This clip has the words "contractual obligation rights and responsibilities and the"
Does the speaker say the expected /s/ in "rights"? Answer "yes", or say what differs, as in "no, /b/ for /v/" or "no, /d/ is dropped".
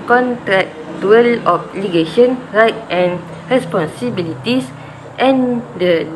no, /s/ is dropped